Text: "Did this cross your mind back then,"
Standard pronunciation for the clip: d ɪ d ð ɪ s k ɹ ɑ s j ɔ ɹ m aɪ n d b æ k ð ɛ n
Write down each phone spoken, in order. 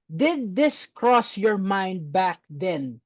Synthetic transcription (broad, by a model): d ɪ d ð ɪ s k ɹ ɑ s j ɔ ɹ m aɪ n d b æ k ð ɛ n